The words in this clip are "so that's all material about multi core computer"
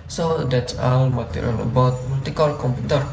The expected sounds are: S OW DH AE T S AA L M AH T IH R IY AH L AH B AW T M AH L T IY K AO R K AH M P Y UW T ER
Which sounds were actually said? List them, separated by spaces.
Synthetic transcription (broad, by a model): S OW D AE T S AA N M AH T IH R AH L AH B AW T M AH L T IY K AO L K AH M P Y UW T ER